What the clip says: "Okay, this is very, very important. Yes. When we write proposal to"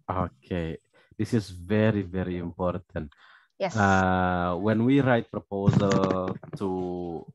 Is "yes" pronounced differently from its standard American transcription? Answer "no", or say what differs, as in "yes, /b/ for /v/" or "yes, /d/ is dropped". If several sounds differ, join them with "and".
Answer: yes, /s/ is dropped